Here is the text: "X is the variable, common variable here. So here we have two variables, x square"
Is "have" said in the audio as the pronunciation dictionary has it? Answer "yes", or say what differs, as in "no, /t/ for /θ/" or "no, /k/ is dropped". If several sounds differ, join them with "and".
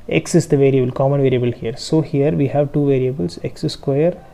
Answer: yes